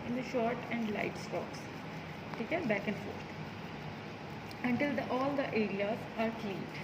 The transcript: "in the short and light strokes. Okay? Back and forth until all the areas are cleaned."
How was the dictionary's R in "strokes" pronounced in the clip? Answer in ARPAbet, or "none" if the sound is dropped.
none